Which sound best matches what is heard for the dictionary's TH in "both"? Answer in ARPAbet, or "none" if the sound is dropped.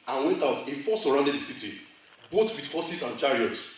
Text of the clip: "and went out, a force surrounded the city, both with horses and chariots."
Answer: T